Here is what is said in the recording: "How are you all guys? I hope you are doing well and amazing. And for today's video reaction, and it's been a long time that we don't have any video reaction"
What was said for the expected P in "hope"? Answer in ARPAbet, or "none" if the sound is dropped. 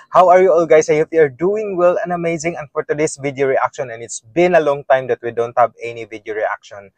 F